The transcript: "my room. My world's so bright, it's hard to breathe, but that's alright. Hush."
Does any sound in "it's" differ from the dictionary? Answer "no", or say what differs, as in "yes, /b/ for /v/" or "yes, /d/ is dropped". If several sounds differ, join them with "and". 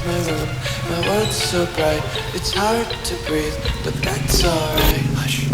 no